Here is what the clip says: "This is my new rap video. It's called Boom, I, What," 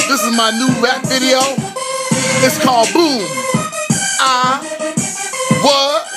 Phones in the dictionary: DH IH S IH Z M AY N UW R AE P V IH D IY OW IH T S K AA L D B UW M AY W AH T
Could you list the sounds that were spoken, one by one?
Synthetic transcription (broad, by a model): DH IH S IH Z M AY N UW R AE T V IH D IY OW IH T S K AA L D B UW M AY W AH